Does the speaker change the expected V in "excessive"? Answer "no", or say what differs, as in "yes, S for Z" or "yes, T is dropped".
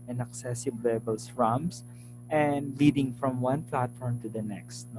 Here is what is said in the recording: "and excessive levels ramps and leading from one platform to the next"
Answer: yes, B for V